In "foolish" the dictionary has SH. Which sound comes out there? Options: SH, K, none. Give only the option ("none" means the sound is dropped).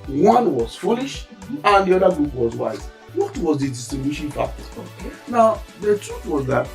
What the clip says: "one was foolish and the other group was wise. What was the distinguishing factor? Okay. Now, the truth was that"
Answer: SH